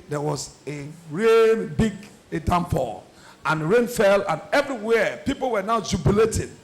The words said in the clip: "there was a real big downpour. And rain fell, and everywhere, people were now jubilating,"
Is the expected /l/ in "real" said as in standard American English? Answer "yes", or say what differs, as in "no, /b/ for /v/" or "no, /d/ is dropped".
no, /n/ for /l/